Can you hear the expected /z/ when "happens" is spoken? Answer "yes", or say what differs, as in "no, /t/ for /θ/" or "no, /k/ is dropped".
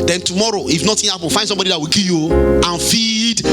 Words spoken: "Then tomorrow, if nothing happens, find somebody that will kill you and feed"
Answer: no, /z/ is dropped